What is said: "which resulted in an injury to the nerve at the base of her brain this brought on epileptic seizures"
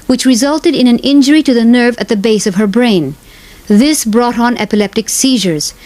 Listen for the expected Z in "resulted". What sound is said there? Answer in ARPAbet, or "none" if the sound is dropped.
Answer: Z